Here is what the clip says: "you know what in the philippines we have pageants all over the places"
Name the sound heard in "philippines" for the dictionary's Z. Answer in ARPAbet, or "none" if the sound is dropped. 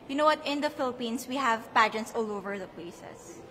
S